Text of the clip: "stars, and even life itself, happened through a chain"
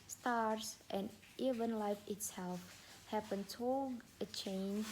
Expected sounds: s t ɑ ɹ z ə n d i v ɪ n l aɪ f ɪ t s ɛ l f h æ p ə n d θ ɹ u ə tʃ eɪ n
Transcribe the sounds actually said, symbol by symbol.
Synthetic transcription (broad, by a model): s t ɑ ɹ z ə n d i v ɪ n l aɪ f ɪ t s ɛ l f h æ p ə n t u ə tʃ eɪ n